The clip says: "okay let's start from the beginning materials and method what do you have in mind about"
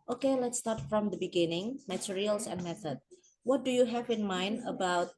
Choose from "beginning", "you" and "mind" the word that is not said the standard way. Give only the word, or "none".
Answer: none